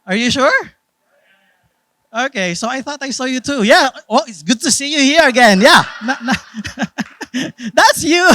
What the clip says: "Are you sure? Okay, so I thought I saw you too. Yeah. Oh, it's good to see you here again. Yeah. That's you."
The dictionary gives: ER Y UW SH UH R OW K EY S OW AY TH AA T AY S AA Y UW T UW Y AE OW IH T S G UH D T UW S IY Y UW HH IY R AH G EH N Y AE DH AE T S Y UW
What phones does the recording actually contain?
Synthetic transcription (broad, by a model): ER Y UW SH UH R OW K EY S OW AY TH AA T AY S AA Y UW T UW Y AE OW IH T S G UH D T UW S IY Y UW HH IY R AH G EH N Y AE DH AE T S Y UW